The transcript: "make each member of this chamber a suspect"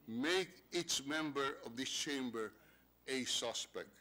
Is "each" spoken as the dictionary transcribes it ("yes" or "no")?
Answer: no